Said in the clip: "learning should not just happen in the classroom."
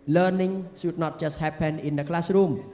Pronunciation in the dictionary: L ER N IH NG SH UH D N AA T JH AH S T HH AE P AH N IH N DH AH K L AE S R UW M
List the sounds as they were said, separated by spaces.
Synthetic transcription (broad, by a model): L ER N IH NG S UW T N AA T CH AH S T HH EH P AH N IH N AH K L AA S R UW M